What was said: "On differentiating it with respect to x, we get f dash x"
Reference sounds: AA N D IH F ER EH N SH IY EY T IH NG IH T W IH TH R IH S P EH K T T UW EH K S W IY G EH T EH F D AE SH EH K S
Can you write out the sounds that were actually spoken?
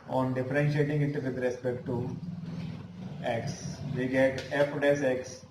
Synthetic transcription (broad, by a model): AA N D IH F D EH N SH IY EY T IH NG IH T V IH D R IH S P EH K T T UW EH K S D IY G EH T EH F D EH S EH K S